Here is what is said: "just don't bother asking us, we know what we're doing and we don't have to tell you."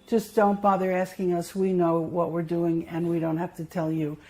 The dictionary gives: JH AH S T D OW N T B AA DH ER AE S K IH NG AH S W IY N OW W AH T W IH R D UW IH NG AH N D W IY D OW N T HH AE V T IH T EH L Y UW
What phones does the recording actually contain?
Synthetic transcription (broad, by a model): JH AH S D OW N T B AA DH ER AE S K IH NG AH S W IY N OW W AH T W IH R D UW IH NG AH N W IY D OW N T HH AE F T IH T EH L Y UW